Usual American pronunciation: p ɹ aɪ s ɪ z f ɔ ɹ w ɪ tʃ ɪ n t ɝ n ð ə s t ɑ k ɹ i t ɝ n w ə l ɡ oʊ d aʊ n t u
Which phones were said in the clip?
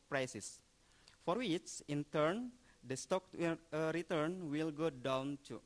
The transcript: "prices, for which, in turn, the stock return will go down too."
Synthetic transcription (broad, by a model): p ɹ aɪ s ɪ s f ɔ ɹ w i s ɪ n t ɝ n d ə s t ɑ k ɹ i t ɝ n w ə l ɡ oʊ d aʊ n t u